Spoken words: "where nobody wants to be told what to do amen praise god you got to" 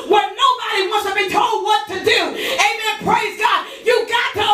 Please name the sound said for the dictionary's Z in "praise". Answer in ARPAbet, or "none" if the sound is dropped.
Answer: Z